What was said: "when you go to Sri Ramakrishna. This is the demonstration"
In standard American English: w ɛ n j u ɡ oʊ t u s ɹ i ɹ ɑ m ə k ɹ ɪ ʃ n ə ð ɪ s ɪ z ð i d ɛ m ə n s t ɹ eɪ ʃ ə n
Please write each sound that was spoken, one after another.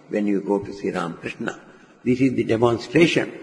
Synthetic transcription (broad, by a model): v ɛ n j u ɡ oʊ t u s i ɹ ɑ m k ɹ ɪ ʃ n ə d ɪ s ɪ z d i d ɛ m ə n s t ɹ eɪ ʃ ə n